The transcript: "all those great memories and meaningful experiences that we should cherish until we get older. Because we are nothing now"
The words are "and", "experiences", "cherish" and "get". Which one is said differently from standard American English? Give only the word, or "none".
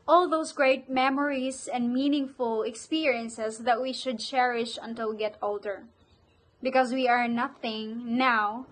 experiences